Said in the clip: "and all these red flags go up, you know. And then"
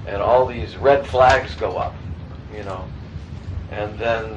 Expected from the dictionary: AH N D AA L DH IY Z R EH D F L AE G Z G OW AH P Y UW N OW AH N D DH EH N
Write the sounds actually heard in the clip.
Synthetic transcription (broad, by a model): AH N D AA L DH IY Z R EH D F L AE G Z G OW AH P Y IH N OW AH N DH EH N